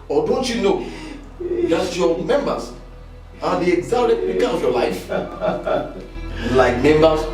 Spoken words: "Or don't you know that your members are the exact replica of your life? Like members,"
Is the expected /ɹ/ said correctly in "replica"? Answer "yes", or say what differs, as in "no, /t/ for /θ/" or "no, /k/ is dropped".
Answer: no, /l/ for /ɹ/